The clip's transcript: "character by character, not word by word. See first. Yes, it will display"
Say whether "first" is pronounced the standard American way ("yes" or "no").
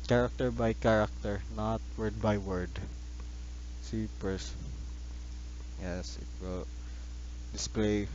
no